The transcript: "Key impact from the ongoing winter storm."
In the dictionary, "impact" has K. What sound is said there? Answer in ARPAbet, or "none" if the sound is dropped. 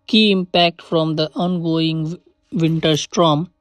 K